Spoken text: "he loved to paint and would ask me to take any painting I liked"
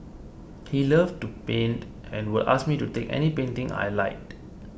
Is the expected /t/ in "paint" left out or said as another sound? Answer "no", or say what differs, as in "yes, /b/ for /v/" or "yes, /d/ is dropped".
no